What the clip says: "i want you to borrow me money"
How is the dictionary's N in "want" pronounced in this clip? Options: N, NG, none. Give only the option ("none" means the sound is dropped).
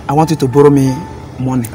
none